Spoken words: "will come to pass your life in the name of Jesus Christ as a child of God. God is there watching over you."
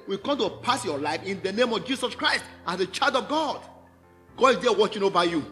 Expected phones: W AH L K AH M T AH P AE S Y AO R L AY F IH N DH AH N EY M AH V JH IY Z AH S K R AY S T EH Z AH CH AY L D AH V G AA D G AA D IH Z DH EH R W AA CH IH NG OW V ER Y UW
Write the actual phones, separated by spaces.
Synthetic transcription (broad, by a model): W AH K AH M T AH P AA S Y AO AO L AY F IH N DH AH N EY M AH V JH IY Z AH S K R AY S T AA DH AH CH AY L D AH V G AA D G AA D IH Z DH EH W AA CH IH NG OW V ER Y UW